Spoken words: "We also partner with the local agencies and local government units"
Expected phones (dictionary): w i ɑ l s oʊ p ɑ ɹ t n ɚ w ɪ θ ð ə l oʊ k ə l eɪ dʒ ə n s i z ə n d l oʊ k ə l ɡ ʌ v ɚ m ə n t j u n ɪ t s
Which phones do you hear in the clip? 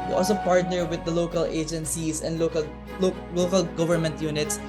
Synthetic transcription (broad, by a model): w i ɑ l s oʊ p ɑ ɹ t n ɚ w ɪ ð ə l oʊ k ə l eɪ dʒ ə n s i s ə n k l oʊ k ə l ɡ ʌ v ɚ m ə n t j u n ɪ t s